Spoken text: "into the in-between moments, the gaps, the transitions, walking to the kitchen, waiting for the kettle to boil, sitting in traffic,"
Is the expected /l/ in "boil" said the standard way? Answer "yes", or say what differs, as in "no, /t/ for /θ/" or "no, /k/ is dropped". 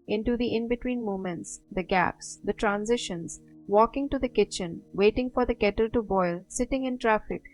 yes